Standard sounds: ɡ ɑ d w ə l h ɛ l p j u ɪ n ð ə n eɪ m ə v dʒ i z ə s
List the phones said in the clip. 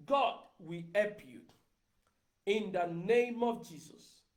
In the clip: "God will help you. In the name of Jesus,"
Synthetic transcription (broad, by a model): ɡ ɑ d w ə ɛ p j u ɪ n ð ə n eɪ m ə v dʒ i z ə s